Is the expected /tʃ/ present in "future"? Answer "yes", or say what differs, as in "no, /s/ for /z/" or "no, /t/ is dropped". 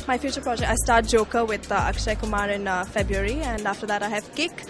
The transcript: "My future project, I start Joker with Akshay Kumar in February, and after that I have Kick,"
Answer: yes